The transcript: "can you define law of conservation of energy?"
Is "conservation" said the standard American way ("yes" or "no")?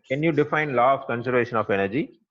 yes